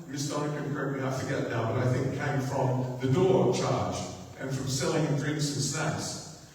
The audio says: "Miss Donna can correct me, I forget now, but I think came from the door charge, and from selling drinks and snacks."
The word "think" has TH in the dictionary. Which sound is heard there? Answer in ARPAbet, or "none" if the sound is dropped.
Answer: TH